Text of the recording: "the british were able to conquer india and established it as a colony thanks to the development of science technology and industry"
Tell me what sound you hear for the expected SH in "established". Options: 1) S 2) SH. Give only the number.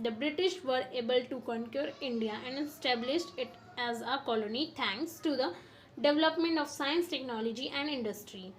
2